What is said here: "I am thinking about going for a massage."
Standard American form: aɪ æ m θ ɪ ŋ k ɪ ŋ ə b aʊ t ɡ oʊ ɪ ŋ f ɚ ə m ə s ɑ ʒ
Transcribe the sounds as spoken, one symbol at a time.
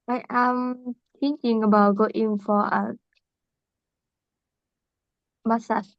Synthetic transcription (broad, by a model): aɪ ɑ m t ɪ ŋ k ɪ ŋ ə b aʊ t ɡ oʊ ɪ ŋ f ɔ ə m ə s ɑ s